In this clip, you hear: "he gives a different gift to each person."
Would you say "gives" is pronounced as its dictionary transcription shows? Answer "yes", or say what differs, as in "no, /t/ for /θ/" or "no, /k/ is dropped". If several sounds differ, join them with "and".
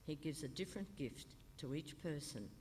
yes